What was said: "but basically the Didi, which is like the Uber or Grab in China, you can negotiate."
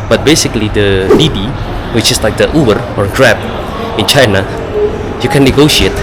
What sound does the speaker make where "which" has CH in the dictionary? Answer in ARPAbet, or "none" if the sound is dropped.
CH